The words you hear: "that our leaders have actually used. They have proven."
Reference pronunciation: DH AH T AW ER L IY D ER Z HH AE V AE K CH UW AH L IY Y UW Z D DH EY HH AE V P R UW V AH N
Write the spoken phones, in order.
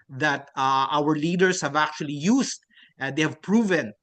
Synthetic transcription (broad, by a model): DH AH T AW ER L IY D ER S HH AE V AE K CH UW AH L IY Y UW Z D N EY HH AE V P R UW V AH N